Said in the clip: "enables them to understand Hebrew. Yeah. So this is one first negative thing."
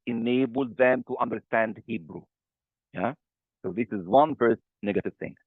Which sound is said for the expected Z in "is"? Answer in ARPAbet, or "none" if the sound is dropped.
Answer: Z